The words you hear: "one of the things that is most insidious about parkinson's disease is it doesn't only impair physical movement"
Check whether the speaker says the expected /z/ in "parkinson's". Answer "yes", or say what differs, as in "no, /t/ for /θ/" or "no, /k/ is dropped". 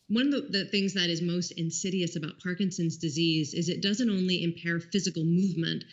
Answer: yes